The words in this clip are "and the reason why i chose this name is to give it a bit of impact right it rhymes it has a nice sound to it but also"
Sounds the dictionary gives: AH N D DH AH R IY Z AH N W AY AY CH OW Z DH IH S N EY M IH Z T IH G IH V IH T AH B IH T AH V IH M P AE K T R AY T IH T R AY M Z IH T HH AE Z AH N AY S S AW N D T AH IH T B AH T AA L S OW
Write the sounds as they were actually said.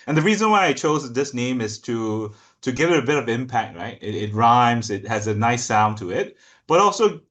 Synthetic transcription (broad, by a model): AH N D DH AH R IY Z AH N W AY AY CH OW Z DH IH S N EY M IH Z T IH G IH V IH T AH B IH T AH V IH M P AE K T R AY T IH T R AY M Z IH T HH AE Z AH N AY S S AW N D T AH IH T B AH T AA L S OW